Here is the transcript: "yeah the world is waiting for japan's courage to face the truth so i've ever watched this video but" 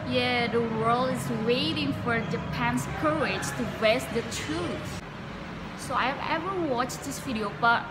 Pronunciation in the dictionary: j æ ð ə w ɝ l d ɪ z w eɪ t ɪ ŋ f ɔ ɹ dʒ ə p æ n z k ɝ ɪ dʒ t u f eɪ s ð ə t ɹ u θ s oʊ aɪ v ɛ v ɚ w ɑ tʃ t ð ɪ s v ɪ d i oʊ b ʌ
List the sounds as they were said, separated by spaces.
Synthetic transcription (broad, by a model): j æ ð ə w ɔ l ɪ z w eɪ t ɪ ŋ f ɔ ɹ dʒ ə p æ n s k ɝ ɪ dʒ t u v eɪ s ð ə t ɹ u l s oʊ aɪ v ɛ v ɚ w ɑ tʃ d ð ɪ s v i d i oʊ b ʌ